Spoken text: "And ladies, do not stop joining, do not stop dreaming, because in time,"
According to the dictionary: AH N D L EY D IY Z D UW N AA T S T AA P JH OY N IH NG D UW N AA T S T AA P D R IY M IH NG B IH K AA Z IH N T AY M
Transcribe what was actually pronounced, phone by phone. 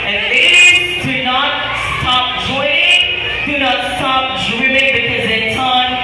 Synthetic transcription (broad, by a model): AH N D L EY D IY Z D UW N AA T S T AA P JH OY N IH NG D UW N AA T S T AA P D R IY IH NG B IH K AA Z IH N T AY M